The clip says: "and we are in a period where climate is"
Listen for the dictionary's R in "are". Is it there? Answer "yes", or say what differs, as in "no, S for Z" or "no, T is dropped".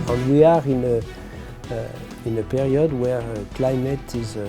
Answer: yes